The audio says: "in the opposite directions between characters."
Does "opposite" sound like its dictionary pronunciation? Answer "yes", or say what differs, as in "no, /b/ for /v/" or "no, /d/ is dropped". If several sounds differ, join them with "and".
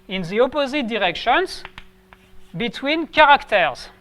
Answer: yes